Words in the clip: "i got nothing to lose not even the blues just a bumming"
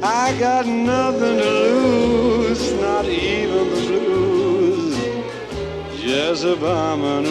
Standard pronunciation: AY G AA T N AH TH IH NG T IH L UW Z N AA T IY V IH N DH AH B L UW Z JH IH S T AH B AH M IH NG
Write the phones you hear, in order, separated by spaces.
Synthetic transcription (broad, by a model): AY G AA T N AH TH IH NG T IH L UW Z N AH T IY V IH N DH AH B L UW Z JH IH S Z AH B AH M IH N